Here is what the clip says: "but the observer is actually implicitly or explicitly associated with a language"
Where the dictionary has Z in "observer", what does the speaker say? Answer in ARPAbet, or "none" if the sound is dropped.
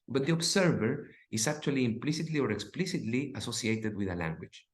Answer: S